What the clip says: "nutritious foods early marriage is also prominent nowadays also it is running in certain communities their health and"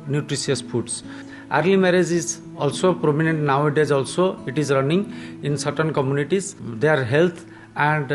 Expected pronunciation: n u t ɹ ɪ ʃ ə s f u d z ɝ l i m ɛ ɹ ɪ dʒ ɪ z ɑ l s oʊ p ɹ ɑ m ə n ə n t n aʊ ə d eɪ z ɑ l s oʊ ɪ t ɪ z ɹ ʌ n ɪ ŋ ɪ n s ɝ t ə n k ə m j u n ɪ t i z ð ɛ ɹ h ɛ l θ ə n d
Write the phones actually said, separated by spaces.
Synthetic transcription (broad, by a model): n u t ɹ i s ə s p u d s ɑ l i m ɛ ɹ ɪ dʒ ɪ z ɑ l s oʊ p ɹ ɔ m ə n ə n t n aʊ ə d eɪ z ɑ l s oʊ ɪ t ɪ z ɹ ʌ n ɪ ŋ ɪ n s ɝ t ə n k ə m j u n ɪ t i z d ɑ ɹ h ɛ l t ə n d